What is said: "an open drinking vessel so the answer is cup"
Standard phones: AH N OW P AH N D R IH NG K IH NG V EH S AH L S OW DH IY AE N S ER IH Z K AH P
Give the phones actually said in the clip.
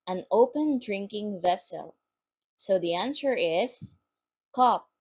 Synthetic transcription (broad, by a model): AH N OW P AH N D R IH NG K IH NG V EH S AH L S OW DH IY AE N S ER IH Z K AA P